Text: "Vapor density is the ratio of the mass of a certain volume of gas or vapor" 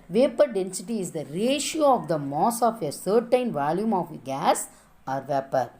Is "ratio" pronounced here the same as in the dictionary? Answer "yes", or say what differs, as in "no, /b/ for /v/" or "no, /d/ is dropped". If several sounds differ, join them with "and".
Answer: yes